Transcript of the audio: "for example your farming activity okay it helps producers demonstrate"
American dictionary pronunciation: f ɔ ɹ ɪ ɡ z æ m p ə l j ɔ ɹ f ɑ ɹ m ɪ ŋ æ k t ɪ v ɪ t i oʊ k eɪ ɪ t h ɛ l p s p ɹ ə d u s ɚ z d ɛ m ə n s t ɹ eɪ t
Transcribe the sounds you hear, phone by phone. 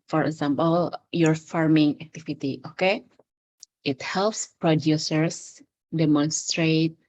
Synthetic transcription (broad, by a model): f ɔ ɹ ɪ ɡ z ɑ m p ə l j ɔ ɹ f ɑ ɹ m ɪ ŋ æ k t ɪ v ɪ t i oʊ k eɪ ɪ t h ɛ l p s p ɹ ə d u s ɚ s d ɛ m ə n s t ɹ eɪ t